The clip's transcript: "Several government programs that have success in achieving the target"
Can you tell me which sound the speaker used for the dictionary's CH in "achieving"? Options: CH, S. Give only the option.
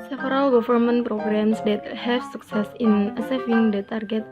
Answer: S